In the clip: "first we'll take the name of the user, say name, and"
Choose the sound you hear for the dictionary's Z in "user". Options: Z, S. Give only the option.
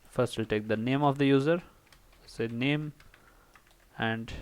Z